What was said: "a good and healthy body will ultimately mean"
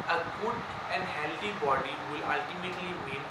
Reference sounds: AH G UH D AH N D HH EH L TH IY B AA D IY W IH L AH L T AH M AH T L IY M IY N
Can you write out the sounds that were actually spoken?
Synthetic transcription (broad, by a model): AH G UH D AH N D HH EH L T IY B AA D IY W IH L AH L T AH M AH T L IY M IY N